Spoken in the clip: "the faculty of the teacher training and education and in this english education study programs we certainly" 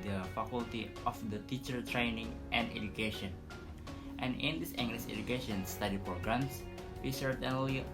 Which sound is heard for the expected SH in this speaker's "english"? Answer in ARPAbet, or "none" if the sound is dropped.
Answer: S